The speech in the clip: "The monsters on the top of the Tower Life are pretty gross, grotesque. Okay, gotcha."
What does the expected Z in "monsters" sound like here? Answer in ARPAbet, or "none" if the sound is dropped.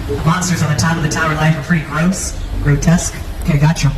Z